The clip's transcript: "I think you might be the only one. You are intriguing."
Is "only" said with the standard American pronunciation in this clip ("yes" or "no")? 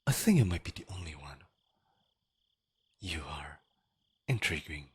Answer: yes